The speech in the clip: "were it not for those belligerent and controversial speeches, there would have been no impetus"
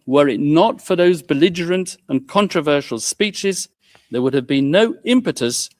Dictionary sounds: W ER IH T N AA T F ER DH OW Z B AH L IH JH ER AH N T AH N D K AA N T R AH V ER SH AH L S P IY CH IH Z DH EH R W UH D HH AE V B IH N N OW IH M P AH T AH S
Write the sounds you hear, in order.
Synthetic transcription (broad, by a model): W ER IH T N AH T F ER DH OW Z B AH L IH JH ER AH N T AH N K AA N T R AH V ER SH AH L S P IY CH IH Z DH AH R W UH D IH V B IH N N OW IH M P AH T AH S